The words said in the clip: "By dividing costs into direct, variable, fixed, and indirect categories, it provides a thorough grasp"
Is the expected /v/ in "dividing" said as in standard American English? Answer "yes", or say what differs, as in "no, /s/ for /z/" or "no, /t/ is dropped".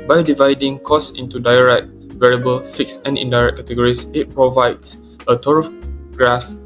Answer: yes